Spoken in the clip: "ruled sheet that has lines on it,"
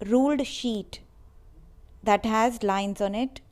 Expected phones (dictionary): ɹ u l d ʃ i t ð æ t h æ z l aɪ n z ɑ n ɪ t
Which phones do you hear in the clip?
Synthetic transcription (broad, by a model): ɹ u l d ʃ i t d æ t h æ z l aɪ n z ɑ n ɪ t